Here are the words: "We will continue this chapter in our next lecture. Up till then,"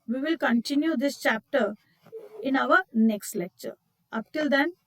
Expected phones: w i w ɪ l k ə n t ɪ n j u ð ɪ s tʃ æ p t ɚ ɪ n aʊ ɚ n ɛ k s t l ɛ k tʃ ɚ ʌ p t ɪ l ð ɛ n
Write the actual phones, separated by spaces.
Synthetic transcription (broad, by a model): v i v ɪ l k ə n t ɪ n j u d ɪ s tʃ æ p t ɚ ɪ n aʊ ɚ n ɛ k s t l ɛ k tʃ ɚ ʌ p t ɪ l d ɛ n